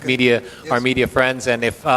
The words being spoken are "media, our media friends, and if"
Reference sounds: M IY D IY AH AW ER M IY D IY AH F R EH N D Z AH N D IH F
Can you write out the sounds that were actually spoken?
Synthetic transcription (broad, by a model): M IY D IY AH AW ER M IY D IY AH F R EH N D Z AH N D IH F